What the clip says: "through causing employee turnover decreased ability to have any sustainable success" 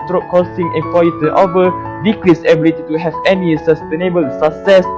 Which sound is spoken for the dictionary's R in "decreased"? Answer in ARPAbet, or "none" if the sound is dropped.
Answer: L